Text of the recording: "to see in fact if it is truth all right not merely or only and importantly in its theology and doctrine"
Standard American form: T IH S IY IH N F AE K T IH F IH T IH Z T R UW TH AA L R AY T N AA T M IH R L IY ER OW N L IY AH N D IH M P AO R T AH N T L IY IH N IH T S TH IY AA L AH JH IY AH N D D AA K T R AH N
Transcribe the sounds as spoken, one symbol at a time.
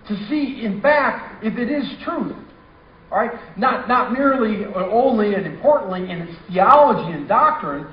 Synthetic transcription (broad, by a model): T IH S IY IH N F AE K T IH F IH T IH Z T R UW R AA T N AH T N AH T M IH R L IY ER OW N L IY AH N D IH M P AO R T N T L IY IH N IH T S TH IY AA L AH JH IY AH N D D AA K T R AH N